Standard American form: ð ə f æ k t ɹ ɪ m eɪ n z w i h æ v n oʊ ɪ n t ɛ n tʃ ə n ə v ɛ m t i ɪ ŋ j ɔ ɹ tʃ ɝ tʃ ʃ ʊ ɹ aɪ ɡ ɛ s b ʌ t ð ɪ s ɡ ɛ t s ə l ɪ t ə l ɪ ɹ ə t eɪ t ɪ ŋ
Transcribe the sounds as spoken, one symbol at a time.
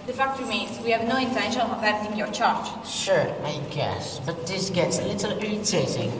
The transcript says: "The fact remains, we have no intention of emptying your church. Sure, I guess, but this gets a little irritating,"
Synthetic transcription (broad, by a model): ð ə f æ k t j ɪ m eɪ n w i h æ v n oʊ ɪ n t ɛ n ʃ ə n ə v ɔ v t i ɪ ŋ j ɔ ɹ tʃ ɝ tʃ ʃ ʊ ɹ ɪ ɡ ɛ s b ʌ t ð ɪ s ɡ ɛ t s ə l ɪ t ə l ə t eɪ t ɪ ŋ